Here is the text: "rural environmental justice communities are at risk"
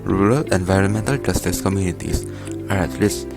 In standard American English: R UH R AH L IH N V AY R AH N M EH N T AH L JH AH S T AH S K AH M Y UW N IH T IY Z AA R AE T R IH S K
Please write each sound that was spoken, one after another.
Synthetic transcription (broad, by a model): R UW R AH L IH N V AY R AH N M EH N T AH L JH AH S T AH S K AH M Y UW N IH T IY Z AA R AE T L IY S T